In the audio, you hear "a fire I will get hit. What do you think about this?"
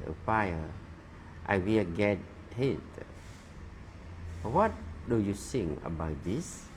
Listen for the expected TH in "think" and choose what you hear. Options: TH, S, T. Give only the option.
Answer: S